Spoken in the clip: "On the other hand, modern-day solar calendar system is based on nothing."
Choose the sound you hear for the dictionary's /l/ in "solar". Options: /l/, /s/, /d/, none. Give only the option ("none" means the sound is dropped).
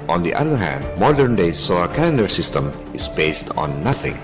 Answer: none